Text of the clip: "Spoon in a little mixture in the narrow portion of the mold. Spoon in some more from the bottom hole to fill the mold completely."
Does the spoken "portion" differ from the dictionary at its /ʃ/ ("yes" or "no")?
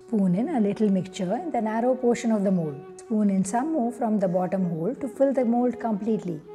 no